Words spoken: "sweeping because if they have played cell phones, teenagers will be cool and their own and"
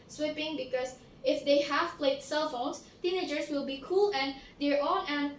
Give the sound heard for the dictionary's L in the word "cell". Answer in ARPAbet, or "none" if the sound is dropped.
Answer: L